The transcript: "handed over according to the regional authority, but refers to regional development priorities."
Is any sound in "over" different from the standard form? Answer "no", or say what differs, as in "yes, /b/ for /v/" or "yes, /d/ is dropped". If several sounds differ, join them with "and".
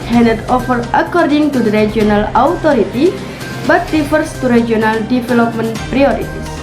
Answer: yes, /f/ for /v/